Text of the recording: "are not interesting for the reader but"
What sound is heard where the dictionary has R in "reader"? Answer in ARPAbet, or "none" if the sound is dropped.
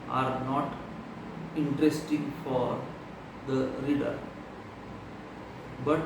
R